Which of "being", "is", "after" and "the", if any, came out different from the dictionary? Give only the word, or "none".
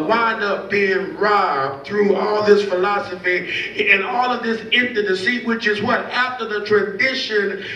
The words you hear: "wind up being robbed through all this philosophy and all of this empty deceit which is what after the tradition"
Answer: none